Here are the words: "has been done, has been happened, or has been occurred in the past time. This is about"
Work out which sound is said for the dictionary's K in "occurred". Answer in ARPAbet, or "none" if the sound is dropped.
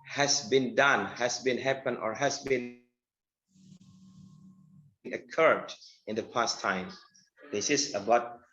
K